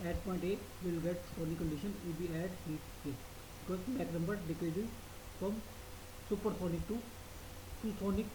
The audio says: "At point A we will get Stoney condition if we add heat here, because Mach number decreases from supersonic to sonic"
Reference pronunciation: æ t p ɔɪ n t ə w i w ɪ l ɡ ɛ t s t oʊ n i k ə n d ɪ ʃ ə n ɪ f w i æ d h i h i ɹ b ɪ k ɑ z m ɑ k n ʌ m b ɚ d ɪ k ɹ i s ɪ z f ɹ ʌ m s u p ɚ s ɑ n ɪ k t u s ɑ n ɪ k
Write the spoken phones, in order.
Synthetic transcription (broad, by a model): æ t p ɔɪ n t ə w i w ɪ l ɡ ɛ t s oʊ n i k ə n d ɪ ʃ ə n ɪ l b i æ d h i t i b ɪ k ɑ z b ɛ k n ʌ m b ɚ d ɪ k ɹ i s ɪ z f ɹ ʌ m s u p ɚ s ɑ n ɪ k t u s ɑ n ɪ k